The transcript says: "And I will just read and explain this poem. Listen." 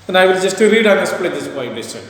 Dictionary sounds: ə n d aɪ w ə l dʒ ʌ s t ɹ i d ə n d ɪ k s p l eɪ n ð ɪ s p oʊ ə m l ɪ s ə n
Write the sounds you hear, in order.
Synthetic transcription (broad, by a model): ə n aɪ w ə l dʒ ʌ s t ɹ i d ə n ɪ s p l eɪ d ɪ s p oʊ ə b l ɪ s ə